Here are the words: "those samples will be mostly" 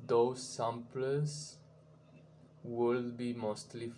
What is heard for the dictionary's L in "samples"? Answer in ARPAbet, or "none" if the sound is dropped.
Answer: none